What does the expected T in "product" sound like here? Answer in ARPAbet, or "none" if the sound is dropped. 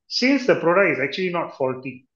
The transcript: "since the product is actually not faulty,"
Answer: none